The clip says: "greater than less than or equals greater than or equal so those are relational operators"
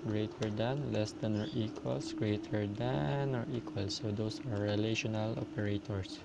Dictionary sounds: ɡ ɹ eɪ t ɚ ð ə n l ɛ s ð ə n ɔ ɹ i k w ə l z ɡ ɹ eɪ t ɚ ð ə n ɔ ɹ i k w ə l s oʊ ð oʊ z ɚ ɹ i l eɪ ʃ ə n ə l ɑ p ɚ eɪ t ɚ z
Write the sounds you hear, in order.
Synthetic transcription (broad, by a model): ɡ ɹ eɪ t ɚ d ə n l ɛ s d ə n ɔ ɹ i k w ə l s ɡ ɹ eɪ t ɚ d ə n ɔ ɹ i k w ə l s oʊ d oʊ s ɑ ɹ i l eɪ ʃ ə n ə l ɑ p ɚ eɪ t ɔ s